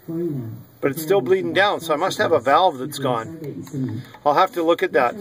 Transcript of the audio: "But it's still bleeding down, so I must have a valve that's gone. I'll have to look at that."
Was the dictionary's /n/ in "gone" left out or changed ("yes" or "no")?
no